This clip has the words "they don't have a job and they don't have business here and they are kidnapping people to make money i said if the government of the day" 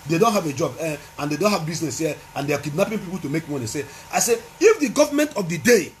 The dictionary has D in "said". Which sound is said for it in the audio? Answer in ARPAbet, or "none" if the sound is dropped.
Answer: none